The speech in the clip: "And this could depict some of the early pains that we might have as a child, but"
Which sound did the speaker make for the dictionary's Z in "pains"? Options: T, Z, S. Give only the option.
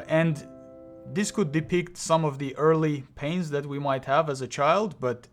Z